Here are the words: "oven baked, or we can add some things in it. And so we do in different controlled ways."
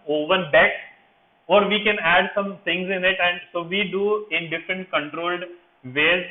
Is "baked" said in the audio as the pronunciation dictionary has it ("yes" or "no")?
no